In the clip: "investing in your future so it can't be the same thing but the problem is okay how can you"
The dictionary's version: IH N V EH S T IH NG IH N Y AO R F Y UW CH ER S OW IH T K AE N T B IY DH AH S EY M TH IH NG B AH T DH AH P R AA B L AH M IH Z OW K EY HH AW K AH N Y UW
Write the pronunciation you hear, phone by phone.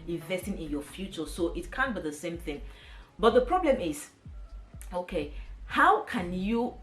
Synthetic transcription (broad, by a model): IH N V EH S T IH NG IH N Y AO F Y UW CH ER S OW IH T K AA N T B IY DH AH S EY M TH IH NG B AH T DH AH P R AA B L AH M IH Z OW K EY HH AW K AH N Y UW